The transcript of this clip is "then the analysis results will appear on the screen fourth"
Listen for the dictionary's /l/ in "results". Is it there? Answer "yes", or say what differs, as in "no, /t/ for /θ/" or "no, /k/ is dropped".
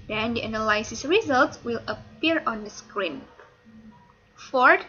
yes